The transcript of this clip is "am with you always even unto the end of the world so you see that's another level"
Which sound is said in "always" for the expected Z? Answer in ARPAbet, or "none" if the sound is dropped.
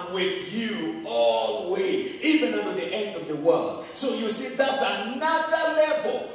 none